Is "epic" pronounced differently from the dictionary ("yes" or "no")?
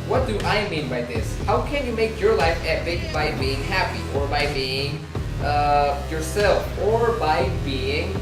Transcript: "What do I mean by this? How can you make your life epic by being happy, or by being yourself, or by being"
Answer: yes